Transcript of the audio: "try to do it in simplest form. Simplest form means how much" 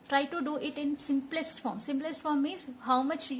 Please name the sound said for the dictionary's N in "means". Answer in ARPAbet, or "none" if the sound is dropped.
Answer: none